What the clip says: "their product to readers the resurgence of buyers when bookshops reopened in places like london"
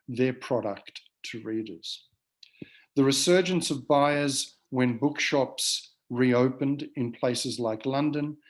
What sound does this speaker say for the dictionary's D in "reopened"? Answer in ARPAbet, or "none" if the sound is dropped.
D